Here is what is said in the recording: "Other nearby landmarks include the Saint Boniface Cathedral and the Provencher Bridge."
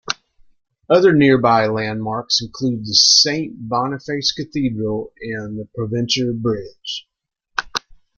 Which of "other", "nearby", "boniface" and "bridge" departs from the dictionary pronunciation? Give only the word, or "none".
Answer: none